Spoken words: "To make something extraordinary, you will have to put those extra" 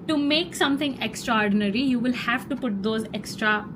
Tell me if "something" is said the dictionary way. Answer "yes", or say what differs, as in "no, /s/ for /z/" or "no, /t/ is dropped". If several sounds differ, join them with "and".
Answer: no, /t/ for /θ/